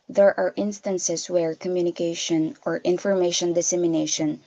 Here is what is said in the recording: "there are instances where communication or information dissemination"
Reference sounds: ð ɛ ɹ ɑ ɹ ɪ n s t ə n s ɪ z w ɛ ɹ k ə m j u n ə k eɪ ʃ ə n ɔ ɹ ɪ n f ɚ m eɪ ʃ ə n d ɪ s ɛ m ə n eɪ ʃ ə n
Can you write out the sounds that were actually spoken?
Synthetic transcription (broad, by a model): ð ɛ ɹ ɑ ɹ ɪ n s t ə n s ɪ s w ɛ ɹ k ə m j u n ə k eɪ ʃ ə n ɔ ɹ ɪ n f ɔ m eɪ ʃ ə n d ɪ s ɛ m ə n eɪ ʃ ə n